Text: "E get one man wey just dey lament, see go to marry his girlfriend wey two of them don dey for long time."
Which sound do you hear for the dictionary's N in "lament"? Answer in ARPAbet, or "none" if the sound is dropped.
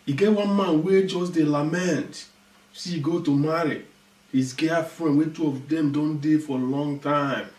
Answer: N